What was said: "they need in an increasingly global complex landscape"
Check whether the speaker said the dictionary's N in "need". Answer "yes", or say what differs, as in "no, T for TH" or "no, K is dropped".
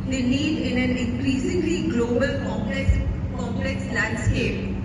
no, L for N